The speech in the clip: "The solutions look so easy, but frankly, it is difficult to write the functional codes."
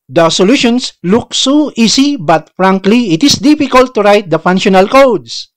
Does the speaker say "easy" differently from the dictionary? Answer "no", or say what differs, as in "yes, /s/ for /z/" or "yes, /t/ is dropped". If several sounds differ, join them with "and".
yes, /s/ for /z/